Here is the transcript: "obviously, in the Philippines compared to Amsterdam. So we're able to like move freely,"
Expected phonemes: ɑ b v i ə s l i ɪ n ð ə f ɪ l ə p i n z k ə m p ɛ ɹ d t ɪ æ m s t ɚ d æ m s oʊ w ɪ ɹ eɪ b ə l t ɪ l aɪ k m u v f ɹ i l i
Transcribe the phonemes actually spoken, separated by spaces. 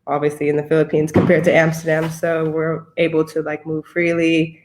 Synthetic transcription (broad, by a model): ɑ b v i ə s l i ɪ n ð ə f ɪ l ə p i n z k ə m p ɛ ɹ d t ɪ æ m s t ɚ d æ m s oʊ w ɪ ɹ eɪ b l t ɪ l aɪ k m u v f ɹ i l i